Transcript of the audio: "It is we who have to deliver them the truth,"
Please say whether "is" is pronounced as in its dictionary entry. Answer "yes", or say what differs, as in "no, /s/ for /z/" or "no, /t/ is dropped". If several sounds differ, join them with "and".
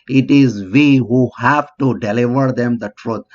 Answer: yes